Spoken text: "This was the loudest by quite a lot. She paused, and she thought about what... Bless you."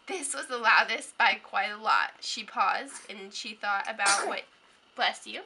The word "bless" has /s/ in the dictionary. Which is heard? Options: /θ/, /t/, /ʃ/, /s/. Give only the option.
/s/